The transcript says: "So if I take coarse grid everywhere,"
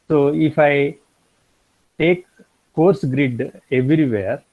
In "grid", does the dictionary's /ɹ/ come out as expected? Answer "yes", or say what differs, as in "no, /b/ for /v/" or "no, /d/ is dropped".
yes